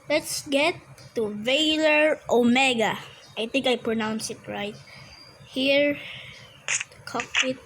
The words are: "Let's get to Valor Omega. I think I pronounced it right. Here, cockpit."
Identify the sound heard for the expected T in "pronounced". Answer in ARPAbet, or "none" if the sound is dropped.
none